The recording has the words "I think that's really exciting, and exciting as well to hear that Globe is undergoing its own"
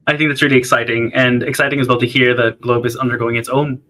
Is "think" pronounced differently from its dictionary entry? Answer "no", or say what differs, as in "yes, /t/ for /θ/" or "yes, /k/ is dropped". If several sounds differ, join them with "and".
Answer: no